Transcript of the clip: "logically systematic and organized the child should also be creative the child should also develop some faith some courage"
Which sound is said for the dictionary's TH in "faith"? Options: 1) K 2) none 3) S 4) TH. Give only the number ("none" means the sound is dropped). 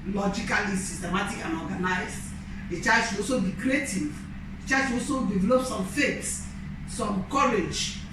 3